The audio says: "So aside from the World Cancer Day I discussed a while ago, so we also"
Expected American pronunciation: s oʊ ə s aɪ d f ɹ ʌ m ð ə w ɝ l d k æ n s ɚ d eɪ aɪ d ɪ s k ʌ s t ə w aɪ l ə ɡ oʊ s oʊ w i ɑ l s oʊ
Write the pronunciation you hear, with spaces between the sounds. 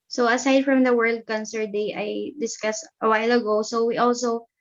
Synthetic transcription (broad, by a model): s oʊ ə s aɪ d f ɹ ʌ m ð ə w ɝ l d k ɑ n s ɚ d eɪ aɪ d ɪ s k ʌ s t ə w aɪ l ə ɡ oʊ s oʊ w i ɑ l s oʊ